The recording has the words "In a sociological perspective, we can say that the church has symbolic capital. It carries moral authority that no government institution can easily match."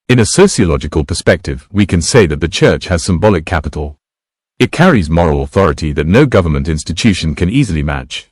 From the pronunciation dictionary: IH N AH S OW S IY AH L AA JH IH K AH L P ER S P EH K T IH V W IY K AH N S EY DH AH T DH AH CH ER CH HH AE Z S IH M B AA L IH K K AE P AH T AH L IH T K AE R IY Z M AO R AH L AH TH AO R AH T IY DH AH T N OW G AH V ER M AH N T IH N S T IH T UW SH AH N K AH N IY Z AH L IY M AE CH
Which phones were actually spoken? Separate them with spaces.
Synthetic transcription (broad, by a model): IH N AH S OW S IY AH L AA JH IH K AH L P ER S P EH K T IH V W IY K AH N S EY DH AH T DH AH CH ER CH HH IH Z S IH M B AA L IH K K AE P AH T L IH T K AE R IY Z M AO R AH L AH TH AO R AH T IY DH AH T N OW G AH V ER M AH N T IH N S T IH T UW SH AH N K AH N IY Z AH L IY M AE CH